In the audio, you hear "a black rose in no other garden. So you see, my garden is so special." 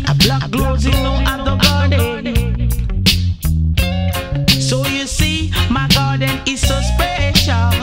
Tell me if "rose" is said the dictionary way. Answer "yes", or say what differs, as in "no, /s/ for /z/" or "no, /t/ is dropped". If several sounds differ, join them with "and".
no, /l/ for /ɹ/